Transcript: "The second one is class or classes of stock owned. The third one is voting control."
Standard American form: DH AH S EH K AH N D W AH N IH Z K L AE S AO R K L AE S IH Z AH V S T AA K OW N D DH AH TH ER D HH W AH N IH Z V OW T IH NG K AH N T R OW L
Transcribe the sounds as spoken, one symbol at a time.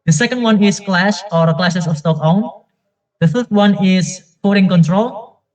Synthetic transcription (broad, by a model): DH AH S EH K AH N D W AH N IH S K L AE SH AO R K L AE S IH S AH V S T AA K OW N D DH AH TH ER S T W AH N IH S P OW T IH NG K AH N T R OW L